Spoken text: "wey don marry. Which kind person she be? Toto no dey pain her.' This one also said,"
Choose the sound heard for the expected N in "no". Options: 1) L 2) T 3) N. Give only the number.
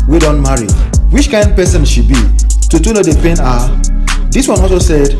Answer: 1